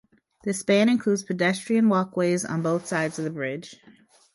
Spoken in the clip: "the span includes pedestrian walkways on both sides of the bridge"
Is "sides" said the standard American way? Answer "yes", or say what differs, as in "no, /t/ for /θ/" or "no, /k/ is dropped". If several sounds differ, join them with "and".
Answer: yes